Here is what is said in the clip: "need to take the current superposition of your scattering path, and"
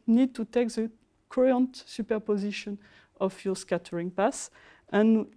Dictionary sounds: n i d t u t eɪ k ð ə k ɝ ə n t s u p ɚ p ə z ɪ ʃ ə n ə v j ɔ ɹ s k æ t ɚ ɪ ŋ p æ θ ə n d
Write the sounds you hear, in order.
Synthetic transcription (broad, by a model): n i d t u t eɪ k ð ə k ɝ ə n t s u p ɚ p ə z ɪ ʃ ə n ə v j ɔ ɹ s k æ t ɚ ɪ ŋ p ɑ s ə n